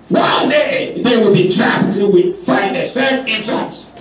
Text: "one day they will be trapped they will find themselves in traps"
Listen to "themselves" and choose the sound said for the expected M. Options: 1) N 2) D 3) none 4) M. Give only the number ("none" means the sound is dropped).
3